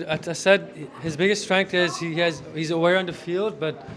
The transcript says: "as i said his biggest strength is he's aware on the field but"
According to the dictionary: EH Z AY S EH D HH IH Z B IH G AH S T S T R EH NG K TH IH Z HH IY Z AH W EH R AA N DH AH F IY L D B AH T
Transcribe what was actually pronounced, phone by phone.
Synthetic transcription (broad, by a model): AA AY S EH D HH IH Z B IH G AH S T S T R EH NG K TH IH Z HH IY Z AH W EH R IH N DH AH F IY L D B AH T